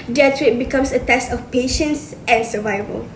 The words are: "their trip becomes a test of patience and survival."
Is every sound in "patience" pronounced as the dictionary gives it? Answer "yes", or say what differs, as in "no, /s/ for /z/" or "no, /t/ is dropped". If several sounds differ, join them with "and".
yes